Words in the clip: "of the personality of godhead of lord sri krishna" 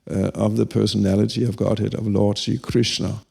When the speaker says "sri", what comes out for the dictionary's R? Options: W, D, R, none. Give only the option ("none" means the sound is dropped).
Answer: none